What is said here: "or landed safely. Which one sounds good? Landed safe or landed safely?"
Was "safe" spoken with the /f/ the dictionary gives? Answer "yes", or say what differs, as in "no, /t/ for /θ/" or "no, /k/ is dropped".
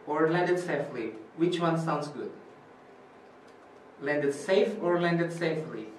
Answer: yes